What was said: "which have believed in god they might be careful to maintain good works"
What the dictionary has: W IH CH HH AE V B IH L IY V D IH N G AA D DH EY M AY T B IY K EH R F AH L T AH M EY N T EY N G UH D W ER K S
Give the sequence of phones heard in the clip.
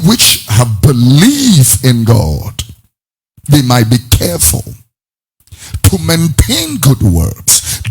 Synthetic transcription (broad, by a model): W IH CH HH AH V B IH L IY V IH N G AA D DH EY M AY T B IY K EH R F AH L T AH M EY N T EY N G UH D W ER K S